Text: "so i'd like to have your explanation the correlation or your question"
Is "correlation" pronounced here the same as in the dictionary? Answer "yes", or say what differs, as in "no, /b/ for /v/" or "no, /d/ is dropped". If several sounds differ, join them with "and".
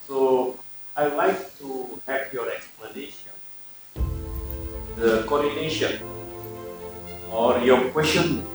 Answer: no, /n/ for /l/